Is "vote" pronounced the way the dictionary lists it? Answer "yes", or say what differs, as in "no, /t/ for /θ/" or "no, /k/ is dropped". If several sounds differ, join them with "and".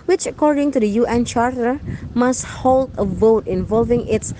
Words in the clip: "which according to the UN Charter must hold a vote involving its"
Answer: yes